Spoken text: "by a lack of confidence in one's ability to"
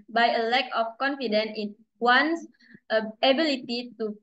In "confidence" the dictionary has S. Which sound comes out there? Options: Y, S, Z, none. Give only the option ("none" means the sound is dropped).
none